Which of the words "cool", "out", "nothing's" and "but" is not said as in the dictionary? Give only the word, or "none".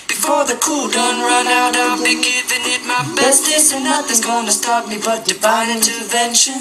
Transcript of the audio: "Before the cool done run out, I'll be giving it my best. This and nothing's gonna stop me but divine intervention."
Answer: nothing's